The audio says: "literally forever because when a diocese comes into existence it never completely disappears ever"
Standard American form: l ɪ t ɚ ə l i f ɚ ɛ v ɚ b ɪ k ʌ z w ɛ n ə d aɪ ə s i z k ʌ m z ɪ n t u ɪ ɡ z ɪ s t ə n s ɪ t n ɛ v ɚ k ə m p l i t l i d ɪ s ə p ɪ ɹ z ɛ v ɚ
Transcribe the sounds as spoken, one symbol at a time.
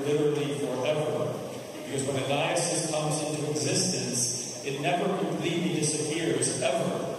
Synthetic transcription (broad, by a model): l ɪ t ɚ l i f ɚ ɛ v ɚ b ɪ k ʌ z w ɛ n ə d aɪ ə s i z k ʌ m z ɪ n t u ɪ ɡ z ɪ s t ə n s ɪ t n ɛ v ɚ k ə m p l i t l i d ɪ s ə p ɪ ɹ z ɛ v ɚ